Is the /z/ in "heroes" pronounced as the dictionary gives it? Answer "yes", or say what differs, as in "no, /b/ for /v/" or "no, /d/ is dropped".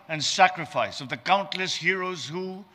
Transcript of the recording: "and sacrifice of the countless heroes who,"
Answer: yes